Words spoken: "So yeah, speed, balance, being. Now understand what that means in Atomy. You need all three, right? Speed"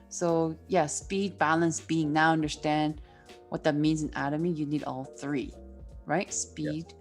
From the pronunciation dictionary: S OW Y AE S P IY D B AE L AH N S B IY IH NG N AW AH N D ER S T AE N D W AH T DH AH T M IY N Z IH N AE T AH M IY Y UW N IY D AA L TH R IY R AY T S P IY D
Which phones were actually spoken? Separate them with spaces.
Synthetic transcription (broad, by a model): S OW Y AE S P IY D B AE L AH N S B IY IH NG N AW AH N D ER S T AE N D W AH T DH AH T M IY N Z IH N AE T AH M IY Y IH N IY D AA L TH R IY R AY T S P IY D